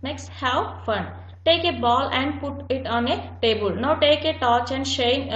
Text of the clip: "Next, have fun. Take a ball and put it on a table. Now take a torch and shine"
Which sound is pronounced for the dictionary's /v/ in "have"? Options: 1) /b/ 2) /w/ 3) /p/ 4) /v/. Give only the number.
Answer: 2